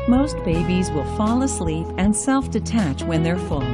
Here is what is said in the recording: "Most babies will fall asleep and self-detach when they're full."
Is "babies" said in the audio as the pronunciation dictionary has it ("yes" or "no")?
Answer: yes